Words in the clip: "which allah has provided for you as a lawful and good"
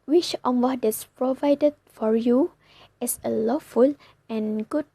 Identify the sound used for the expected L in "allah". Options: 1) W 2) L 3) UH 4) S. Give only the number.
1